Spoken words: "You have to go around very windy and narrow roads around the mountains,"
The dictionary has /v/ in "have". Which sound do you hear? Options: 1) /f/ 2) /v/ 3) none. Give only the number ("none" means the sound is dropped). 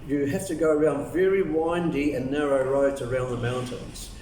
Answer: 1